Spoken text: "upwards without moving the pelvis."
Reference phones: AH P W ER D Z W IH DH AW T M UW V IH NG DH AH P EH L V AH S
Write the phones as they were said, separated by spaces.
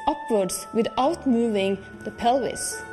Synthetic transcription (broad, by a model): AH P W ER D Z W IH DH AW T M UW V IH NG DH AH P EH L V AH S